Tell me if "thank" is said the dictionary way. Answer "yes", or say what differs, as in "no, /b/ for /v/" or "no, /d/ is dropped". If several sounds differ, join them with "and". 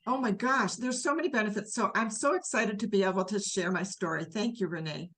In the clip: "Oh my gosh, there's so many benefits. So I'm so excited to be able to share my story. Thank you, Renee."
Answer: yes